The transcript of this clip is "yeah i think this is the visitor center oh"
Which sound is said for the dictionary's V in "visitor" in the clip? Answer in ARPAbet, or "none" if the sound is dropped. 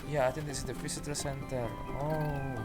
F